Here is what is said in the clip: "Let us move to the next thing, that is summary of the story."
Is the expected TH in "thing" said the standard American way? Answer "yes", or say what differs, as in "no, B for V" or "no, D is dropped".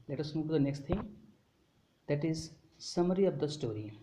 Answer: no, T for TH